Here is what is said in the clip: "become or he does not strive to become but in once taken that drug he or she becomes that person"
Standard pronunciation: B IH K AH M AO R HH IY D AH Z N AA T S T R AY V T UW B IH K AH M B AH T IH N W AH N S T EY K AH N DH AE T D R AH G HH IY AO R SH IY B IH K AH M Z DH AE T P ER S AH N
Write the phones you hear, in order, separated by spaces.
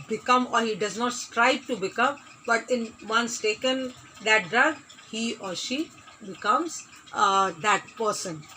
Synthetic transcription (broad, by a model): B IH K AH M AO R HH IY D AH Z N AA T S T R AY B T UW B IH K AH M B AH T IH N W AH N S T EY K AH N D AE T D R AH G HH IY AO R SH IY B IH K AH M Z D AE T P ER S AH N